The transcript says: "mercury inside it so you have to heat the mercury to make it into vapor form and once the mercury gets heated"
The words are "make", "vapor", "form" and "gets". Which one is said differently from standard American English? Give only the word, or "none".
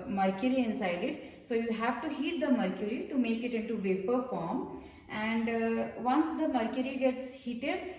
none